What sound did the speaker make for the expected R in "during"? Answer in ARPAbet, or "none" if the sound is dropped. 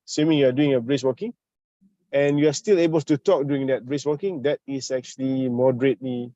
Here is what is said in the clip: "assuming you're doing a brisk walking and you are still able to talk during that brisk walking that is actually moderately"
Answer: none